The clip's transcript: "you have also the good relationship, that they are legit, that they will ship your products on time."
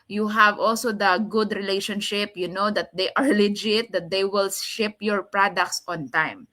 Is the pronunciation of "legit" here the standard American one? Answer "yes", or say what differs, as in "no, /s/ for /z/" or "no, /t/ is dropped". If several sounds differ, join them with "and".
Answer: yes